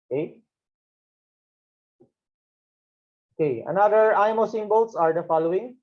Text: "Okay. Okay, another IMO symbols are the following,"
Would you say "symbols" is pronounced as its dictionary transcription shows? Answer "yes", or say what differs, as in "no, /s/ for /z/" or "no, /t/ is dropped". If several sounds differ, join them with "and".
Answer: no, /s/ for /z/